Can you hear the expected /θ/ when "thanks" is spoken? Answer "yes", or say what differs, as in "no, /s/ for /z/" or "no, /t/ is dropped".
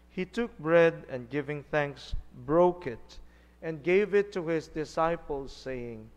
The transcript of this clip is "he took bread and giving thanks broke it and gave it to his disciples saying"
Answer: yes